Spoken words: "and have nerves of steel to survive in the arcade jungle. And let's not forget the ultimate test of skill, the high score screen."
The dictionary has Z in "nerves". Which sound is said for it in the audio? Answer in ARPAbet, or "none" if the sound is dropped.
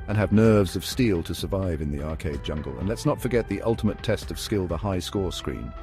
Z